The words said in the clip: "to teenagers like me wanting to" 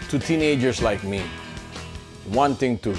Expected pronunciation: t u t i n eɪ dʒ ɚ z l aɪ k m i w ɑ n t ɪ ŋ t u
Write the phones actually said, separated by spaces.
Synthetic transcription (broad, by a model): t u t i n eɪ dʒ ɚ s l aɪ k m i w ɑ n t ɪ ŋ t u